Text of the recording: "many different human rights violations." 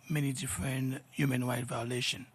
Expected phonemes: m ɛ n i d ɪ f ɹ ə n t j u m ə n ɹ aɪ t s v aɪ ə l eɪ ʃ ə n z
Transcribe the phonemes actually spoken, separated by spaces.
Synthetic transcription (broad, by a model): m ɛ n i d ɪ f ɹ ə n t j u m ə n w aɪ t v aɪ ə l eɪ ʃ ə n